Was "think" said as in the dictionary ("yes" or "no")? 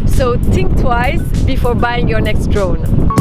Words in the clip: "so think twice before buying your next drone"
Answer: no